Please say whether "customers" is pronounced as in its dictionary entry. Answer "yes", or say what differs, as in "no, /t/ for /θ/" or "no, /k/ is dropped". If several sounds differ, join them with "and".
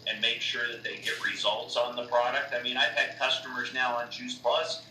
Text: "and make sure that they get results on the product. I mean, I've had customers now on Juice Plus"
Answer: yes